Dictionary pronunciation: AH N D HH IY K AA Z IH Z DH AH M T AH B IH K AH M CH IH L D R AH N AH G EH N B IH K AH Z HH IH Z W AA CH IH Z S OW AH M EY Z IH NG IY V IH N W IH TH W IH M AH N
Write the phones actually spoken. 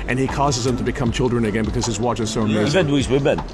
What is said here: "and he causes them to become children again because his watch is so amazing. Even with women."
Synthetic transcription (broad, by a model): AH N IY K AA Z IH Z DH AH M T AH B IH K AH M CH IH L D R AH N AH G EH N B IH K AH Z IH Z W AA CH IH Z S OW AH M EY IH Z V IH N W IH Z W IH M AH N